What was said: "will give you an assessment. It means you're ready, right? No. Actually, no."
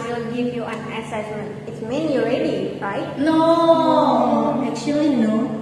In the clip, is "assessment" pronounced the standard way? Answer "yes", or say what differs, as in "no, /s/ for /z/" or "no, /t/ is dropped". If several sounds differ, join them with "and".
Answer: no, /t/ is dropped